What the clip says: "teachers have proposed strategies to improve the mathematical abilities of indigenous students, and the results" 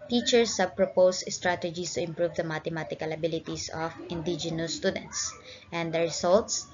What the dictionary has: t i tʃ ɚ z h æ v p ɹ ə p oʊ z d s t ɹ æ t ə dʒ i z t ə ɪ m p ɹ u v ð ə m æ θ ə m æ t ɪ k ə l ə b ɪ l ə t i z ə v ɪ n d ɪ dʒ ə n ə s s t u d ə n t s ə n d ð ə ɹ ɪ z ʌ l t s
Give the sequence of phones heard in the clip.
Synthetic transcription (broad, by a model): t i tʃ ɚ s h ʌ b p ɹ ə p oʊ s s t ɹ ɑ t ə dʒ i s t ə ɪ m p ɹ u v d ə m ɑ t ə m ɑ t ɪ k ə l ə b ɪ l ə t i s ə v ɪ n d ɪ dʒ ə n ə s s t u d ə n t s ə n d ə ɹ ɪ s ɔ l t s